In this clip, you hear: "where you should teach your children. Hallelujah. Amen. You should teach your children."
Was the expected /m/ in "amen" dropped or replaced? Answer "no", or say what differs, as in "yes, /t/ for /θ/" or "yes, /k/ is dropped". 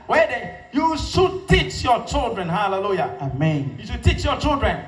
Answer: no